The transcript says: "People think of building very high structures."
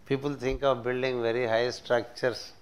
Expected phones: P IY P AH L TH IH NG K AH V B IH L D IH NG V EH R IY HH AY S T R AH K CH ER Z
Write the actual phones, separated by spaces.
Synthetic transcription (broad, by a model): P IY P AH L T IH NG K AH V B IH L D IH NG V EH R IY HH AY S T R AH K CH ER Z